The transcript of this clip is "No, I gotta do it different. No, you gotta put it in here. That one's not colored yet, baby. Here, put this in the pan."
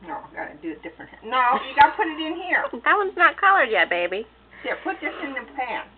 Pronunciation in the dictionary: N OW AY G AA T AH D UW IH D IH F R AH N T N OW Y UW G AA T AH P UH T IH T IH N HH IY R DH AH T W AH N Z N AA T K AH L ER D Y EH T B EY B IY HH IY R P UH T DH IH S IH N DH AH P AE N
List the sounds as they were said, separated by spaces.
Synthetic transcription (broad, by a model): N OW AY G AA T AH D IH IH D IH F R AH N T N OW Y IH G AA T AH P UH T IH T IH N HH IY R DH AH T W AH N Z N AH T K AH L ER D Y EH T B EY B IY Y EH P UH T DH IH S IH N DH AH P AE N